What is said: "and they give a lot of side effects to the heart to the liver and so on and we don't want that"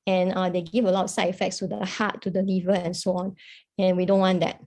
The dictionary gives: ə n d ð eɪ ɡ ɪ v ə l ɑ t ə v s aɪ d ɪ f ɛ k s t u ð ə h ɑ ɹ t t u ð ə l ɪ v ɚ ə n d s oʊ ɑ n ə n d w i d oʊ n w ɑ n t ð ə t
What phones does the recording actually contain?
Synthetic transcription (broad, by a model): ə n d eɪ ɡ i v ə l ɑ t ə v s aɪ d ɪ f ɛ k s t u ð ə h ɑ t t u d ə l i v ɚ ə n s oʊ ɑ n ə n w i d oʊ n w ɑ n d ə t